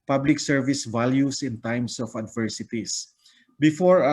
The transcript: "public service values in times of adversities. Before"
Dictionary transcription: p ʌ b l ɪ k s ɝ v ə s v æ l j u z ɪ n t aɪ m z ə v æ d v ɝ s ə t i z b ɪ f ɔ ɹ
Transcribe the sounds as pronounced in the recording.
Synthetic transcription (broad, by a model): p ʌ b l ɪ k s ɝ v ə s v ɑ l j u s ɪ n t aɪ m s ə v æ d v ɝ s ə t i s b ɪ f ɔ ɹ